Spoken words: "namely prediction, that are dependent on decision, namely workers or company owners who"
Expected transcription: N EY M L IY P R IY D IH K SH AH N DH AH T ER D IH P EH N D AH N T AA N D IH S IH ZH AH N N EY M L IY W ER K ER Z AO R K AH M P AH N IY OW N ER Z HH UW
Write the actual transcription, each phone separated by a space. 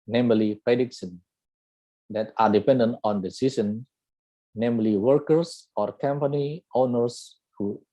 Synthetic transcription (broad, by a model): N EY M L IY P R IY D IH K S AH N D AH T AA D IH P EH N D AH N T AA N D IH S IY S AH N N EY M L IY W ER K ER S AO R K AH M P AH N IY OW N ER S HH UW